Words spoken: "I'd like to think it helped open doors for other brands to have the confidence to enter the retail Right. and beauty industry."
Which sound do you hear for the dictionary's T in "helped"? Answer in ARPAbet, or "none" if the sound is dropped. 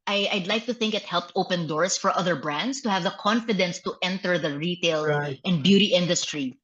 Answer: T